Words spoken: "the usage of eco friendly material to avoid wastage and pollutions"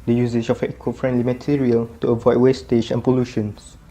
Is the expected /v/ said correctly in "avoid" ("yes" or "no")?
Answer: yes